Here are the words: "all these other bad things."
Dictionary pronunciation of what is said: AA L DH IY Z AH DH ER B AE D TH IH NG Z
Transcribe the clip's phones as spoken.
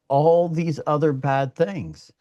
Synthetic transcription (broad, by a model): AA L DH IY Z AH DH ER B AE D TH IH NG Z